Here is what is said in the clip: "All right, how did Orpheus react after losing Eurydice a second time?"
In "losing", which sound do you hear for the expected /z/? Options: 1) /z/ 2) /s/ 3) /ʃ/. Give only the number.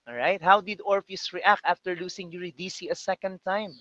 2